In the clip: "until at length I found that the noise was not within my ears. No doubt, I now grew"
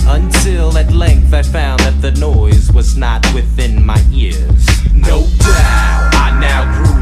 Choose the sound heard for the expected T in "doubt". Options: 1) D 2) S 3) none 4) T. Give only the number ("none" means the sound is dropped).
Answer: 3